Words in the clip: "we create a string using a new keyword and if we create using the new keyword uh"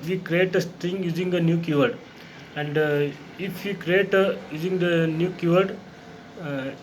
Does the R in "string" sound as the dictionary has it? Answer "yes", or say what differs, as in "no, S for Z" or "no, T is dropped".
no, R is dropped